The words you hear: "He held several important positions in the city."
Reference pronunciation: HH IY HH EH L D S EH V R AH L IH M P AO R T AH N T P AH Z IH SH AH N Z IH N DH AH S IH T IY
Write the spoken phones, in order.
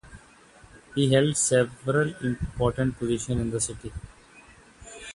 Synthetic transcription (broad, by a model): HH IY HH EH L D S EH V R AH L IH M P AO R T AH N T P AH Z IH SH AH N IH N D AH S IH T IY